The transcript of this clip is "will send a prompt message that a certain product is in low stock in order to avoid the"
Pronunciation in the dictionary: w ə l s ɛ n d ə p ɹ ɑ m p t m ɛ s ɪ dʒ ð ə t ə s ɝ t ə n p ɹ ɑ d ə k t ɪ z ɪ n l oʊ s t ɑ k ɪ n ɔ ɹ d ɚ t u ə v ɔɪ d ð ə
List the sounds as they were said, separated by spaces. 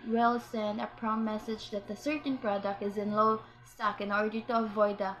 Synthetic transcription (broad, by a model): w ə l s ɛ n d ə p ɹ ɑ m m ɛ s ɪ dʒ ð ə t ə s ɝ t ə n p ɹ ɑ d ə k t ɪ z ɪ n l oʊ s t ɑ k ɪ n ɔ ɹ d ɚ t u ə v ɔɪ d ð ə